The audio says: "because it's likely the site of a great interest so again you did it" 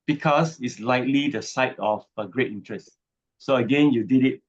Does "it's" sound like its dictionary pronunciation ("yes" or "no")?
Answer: yes